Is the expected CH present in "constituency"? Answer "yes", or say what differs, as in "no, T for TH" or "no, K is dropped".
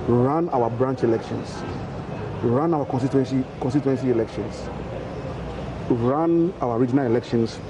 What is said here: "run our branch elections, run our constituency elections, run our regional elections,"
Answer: no, S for CH